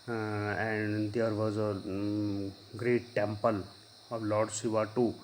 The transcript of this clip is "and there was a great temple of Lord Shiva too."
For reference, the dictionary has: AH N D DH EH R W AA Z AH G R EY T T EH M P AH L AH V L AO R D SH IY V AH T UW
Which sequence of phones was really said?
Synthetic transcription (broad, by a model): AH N D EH R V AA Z AH G R EY T T EH M P AH L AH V L AO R D S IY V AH T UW